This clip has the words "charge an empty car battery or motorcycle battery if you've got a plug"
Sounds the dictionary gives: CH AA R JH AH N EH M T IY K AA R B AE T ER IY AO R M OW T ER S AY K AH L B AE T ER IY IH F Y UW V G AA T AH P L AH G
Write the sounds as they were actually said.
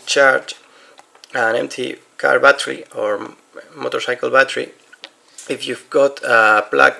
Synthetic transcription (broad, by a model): CH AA R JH AH N EH M T IY K AA R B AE T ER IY AO R M OW T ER S AY K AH L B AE T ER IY IH F Y UW V G AA T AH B L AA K